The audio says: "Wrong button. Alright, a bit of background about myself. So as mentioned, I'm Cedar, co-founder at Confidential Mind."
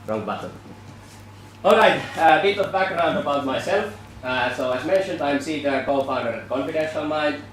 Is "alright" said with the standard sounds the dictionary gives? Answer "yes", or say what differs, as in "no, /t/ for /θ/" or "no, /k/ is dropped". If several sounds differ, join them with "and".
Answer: yes